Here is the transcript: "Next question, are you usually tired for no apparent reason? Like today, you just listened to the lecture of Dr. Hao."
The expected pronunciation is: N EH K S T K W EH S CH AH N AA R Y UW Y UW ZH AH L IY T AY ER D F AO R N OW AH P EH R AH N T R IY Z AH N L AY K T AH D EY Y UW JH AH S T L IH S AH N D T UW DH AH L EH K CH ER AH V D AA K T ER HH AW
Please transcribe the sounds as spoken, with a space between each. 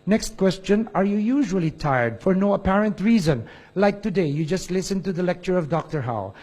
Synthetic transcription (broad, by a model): N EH K S T K W EH S CH AH N AA R Y UW Y UW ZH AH L IY T AY ER D F AO R N OW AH P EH R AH N T R IY Z AH N L AY K T AH D EY Y UW JH AH S T L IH S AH N T UW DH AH L EH K CH ER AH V D AA K T ER HH AW